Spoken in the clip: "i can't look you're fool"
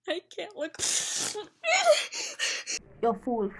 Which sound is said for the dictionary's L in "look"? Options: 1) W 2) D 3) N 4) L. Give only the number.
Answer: 4